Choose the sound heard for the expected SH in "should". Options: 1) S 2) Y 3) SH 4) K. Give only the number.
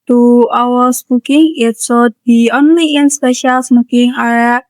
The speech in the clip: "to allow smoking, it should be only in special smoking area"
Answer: 1